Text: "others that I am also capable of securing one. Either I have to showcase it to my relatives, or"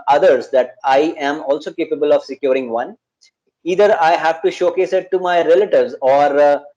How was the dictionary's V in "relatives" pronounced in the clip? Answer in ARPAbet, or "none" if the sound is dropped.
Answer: V